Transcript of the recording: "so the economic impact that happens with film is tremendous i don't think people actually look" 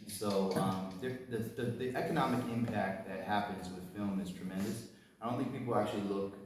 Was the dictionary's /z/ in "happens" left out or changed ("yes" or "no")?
no